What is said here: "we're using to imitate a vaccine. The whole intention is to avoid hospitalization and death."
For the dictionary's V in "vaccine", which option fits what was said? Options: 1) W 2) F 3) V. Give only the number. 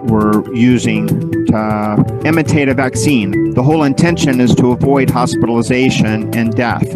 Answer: 3